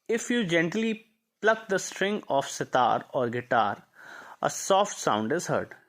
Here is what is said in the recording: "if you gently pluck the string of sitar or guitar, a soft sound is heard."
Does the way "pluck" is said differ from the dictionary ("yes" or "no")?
no